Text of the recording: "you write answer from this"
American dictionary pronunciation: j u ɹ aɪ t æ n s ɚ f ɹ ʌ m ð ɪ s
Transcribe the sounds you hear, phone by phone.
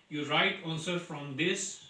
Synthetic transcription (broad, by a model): j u ɹ aɪ t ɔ l s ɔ f ɹ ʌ m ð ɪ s